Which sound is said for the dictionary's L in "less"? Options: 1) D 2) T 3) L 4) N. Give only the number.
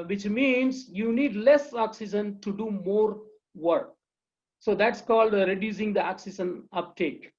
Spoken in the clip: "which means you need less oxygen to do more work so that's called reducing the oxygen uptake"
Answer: 3